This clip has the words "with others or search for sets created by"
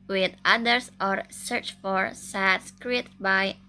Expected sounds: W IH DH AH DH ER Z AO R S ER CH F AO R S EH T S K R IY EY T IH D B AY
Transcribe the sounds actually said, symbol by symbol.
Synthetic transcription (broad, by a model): W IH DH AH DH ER S AO R S ER CH F AO R S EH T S K R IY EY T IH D B AY